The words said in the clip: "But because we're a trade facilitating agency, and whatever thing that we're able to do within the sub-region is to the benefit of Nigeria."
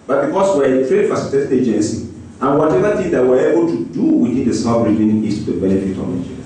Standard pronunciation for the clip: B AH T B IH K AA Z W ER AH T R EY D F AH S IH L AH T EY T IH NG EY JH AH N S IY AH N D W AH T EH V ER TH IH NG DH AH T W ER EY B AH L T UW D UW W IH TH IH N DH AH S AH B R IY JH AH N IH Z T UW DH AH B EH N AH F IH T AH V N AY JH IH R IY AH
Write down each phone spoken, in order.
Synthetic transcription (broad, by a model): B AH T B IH K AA S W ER AH T R EY D F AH S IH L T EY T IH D EY JH AH N S IY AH N W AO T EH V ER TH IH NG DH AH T W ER EY B AH L T UW D UW W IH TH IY N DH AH S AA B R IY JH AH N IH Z T UW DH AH B EH N AH F IH T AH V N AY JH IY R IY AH